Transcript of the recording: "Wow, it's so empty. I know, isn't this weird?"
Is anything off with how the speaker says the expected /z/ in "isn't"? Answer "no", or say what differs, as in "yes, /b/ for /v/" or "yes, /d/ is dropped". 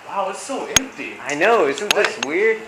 yes, /s/ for /z/